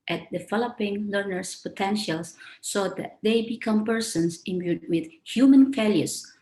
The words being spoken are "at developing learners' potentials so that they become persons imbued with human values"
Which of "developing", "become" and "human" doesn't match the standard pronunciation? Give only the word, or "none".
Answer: developing